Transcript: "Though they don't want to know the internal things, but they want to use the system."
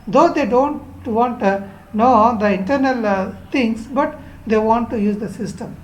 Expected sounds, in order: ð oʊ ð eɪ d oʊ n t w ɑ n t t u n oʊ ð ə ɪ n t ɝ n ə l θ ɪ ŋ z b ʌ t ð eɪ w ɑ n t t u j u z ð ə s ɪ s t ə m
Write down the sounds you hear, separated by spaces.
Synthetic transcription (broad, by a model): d oʊ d eɪ d oʊ n t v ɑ n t t u n oʊ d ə ɪ n t ɝ n ə l t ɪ ŋ s b ʌ t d eɪ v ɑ n t t u j u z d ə s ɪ s t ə m